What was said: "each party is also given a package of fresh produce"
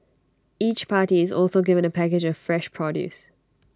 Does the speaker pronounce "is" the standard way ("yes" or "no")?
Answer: yes